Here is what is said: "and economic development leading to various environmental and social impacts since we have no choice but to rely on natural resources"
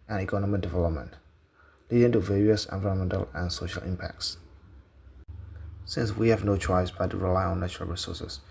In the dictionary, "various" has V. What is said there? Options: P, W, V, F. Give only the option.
V